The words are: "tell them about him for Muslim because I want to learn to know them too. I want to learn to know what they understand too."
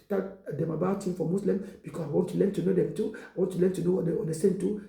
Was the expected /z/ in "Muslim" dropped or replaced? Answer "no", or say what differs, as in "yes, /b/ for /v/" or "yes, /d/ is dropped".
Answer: yes, /s/ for /z/